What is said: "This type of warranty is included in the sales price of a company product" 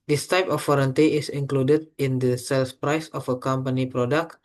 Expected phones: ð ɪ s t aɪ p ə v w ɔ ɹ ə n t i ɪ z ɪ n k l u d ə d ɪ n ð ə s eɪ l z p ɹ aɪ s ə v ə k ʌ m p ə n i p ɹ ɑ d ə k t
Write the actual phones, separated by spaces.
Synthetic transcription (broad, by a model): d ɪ s t aɪ p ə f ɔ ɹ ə n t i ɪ s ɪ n k l u d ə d ɪ n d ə s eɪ l s p ɹ aɪ s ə f ə k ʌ m p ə n i p ɹ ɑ d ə k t